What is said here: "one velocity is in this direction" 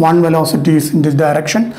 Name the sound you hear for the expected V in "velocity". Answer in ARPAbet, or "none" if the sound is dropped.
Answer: V